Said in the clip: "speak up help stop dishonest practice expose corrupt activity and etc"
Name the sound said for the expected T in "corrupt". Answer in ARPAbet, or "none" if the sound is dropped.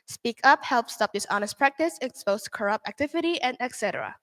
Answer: T